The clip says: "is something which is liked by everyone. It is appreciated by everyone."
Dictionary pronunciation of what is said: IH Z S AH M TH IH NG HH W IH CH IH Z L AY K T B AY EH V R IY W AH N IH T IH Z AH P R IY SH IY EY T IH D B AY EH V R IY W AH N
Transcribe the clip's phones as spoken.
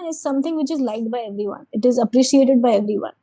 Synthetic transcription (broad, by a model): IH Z S AH M T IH NG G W IH CH IH Z L AY T B AY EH V R IY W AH N IH T IH Z AH P R IY SH IY EY T IH D B AY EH V R IY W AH N